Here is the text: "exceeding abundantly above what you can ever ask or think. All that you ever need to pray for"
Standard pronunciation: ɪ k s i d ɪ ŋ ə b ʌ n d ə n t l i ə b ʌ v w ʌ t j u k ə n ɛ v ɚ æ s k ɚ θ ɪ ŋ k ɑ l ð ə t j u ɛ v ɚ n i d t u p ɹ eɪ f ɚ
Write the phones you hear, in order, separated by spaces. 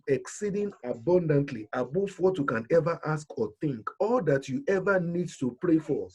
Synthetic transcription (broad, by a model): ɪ k s i d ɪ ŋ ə b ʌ n d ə n t l i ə b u f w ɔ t j u k ə n ɛ v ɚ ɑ s k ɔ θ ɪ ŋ k ɑ l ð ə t j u ɛ v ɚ n i d t u p ɹ eɪ f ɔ